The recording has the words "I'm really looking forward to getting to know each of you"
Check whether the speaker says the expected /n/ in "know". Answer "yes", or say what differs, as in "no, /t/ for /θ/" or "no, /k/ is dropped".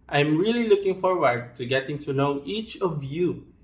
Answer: no, /l/ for /n/